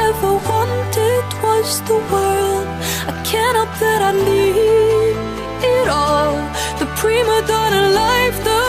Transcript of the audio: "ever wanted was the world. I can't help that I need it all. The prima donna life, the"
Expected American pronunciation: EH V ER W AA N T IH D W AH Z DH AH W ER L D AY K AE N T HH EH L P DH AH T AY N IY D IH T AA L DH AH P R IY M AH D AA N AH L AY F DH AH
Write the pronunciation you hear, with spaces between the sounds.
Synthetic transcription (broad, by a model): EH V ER W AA N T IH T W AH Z DH AH W ER L D AY K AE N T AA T DH AH T AY L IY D IH T AA L DH AH P R IY M AH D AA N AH L AY F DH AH